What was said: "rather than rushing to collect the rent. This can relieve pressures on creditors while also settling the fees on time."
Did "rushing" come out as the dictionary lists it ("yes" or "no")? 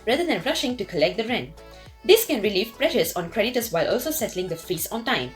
yes